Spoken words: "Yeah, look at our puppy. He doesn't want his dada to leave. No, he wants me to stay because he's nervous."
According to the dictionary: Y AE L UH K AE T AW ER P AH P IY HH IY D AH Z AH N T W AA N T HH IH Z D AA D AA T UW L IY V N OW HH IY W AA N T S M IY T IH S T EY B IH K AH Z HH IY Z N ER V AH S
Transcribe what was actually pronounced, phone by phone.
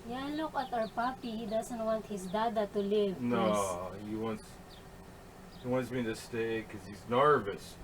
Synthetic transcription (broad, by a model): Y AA L UH K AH T AW ER P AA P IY HH IY D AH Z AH N T W AA N T HH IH S D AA D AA T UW L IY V N OW HH IY W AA N T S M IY T IH S T EY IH K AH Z HH IY Z N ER V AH S